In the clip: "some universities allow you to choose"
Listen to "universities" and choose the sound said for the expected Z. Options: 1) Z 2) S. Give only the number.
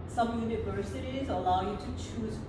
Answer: 1